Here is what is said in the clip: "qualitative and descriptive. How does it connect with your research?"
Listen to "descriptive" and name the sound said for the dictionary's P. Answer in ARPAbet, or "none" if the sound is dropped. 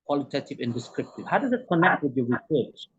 P